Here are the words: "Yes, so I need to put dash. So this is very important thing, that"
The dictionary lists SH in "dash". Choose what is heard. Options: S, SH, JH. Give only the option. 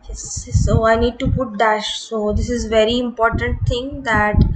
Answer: SH